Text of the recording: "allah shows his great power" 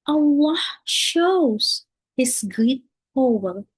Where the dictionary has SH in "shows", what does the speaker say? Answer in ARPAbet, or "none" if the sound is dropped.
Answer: SH